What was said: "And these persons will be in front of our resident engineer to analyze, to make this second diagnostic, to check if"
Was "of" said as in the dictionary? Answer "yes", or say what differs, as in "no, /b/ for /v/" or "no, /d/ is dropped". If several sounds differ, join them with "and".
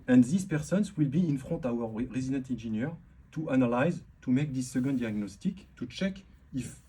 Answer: no, /w/ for /v/